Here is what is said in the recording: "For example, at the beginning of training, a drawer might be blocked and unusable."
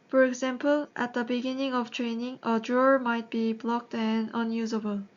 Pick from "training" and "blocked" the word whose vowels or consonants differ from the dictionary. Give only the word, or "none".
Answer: none